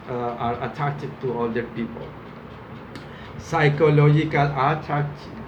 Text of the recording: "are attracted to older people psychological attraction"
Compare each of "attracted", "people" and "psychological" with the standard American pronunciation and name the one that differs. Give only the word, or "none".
attracted